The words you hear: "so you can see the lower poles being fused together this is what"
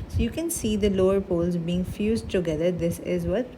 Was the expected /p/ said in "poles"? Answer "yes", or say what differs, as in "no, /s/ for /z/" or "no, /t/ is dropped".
yes